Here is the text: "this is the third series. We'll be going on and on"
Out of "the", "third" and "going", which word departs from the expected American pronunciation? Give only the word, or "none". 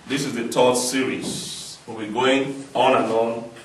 third